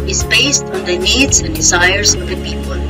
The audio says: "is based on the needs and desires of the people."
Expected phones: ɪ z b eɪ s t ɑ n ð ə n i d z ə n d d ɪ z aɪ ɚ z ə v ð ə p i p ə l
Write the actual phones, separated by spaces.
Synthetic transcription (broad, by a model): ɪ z b eɪ s t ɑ n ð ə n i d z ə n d d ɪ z aɪ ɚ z ə v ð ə p i p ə l